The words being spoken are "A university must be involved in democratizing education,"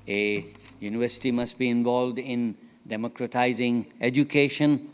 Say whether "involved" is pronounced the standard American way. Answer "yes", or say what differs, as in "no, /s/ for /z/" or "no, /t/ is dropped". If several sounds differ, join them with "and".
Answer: yes